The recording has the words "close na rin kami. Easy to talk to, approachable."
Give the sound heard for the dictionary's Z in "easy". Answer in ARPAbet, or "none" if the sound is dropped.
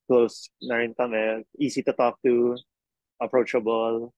S